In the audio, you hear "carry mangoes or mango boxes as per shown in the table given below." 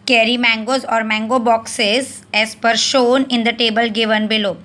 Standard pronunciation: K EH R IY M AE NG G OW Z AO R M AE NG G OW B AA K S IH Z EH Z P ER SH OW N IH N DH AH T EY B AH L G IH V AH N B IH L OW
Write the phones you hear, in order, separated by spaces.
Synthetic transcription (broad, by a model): K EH R IY M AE NG G OW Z AO R M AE NG G OW B AA K S IH Z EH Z P ER SH OW N IH N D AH T EY B AH L G IH V AH N B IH L OW